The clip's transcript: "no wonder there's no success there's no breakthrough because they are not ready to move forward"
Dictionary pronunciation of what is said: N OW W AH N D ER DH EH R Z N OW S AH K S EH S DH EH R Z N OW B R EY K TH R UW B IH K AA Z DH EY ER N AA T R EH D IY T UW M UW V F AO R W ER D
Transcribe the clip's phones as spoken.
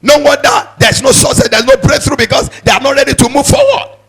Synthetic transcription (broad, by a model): N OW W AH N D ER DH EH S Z N OW S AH S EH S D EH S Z N OW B R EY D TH R UW B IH K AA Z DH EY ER N AA T R EH D IY T UW M UW V F AO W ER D